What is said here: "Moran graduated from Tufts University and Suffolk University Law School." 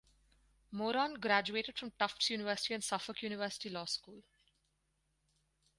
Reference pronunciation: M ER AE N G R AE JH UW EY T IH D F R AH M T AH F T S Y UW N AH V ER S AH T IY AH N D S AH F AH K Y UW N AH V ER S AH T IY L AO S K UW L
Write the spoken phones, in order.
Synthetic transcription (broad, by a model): M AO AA N G R AE JH UW EY T IH D F R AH M T AH F T S Y UW N AH V ER S AH T IY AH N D S AH F AH K Y UW N AH V ER S AH T IY L AO S K UW L